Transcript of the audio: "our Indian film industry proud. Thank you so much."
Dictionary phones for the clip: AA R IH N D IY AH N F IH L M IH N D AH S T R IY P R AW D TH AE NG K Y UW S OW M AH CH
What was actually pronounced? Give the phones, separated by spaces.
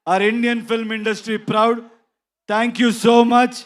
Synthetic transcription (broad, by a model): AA R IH N D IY AH N F IH L M IH N D AH S T R IY P R AW D T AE NG K Y UW S OW M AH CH